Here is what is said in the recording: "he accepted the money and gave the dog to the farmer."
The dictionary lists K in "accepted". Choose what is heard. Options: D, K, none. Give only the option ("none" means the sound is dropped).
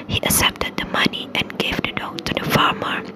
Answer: none